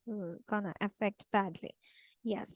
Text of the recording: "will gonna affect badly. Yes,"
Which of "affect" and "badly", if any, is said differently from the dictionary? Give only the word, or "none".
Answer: none